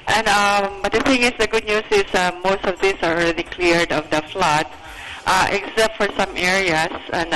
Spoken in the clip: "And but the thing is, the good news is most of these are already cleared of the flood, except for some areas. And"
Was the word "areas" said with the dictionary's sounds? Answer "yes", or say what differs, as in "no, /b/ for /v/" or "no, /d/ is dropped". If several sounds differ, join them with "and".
no, /s/ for /z/